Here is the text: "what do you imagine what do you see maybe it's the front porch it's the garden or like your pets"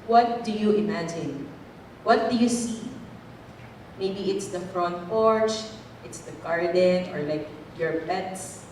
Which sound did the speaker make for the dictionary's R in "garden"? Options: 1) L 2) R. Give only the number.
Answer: 2